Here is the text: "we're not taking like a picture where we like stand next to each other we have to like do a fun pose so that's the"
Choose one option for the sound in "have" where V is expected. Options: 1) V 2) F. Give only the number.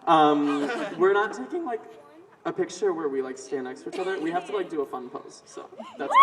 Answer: 2